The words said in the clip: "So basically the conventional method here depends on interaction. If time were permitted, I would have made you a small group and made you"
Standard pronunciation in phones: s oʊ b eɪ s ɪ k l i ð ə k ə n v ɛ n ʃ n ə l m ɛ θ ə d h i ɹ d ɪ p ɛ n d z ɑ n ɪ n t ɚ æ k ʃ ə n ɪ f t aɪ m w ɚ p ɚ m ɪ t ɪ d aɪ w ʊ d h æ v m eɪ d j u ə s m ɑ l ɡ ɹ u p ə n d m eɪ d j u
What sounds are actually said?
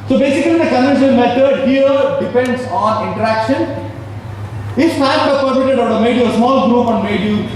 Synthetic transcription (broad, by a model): s oʊ b eɪ s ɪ k l i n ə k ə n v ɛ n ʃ ə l m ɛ t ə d h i ɹ d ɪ p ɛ n d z ɑ n ɪ n t ɚ æ k ʃ ə n ɪ f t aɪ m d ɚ p ɚ m ɪ t ɪ d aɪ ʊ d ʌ m eɪ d j u ə s m ɑ l ɡ ɹ u p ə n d m eɪ d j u